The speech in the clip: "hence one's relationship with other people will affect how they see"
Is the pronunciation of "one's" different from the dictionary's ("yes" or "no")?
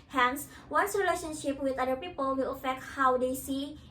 yes